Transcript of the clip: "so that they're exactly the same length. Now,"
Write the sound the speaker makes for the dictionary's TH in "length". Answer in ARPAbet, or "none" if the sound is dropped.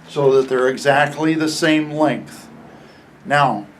TH